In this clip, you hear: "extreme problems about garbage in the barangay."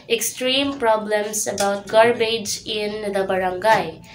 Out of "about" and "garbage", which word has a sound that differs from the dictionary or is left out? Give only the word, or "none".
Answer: none